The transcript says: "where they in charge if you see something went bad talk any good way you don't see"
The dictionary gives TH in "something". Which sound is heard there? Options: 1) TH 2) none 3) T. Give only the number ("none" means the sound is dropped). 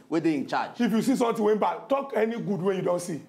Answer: 3